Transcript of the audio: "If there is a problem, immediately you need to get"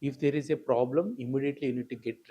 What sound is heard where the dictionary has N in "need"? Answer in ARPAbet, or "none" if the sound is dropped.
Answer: N